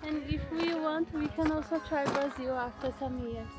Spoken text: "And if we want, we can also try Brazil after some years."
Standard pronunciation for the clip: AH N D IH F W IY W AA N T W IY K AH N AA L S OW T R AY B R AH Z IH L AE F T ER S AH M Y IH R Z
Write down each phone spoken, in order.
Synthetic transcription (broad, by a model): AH N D IH F W IY W AA N T W IY K AH N AA L S OW T R AY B AH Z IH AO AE F T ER S AH M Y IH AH